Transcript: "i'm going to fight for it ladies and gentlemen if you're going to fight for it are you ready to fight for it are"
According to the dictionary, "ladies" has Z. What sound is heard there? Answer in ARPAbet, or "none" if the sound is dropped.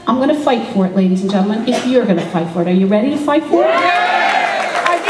Z